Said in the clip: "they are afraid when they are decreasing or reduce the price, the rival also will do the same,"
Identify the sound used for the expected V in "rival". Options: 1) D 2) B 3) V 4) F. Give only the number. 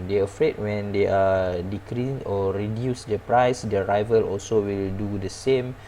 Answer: 3